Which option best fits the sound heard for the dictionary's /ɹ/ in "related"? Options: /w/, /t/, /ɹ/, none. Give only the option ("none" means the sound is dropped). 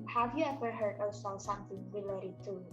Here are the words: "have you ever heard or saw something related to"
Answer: /w/